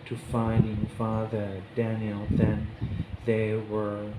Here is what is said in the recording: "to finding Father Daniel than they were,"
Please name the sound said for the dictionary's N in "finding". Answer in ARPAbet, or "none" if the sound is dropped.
none